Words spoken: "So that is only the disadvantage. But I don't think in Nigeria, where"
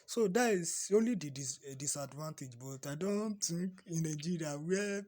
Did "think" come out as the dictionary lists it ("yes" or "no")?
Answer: no